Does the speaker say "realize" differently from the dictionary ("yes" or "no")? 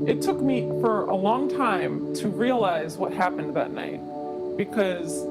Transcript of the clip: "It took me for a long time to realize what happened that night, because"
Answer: no